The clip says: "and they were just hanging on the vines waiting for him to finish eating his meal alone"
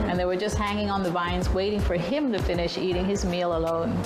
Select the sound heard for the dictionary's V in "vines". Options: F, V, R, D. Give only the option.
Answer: V